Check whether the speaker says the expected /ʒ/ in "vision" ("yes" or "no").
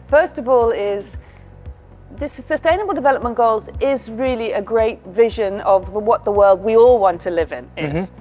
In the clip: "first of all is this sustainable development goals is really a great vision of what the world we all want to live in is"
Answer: yes